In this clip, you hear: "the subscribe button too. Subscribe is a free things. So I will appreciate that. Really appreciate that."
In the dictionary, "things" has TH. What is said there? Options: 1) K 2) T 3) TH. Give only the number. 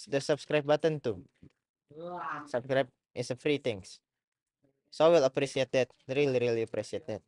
2